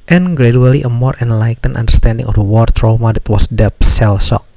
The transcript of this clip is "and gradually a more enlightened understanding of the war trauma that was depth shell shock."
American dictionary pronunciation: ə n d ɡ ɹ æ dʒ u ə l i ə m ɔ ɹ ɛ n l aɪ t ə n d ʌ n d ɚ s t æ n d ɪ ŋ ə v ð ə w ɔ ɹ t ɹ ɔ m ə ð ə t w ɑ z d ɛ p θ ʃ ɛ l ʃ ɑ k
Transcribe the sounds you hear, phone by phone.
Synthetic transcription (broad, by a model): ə n ɡ ɹ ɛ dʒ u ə l i ə m ɔ ɹ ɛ n l aɪ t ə n ʌ n d ɚ s t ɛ n d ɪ ŋ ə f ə w ɔ ɹ t ɹ ɔ m ə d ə t w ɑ s d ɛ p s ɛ l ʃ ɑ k